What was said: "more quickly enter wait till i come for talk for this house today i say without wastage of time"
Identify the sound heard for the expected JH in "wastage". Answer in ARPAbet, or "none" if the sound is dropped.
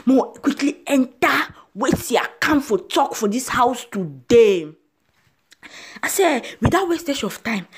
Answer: SH